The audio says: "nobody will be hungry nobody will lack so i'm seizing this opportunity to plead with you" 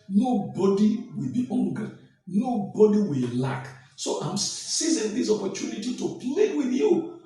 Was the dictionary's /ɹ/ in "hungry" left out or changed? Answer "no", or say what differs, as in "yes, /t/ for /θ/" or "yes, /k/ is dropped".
yes, /ɹ/ is dropped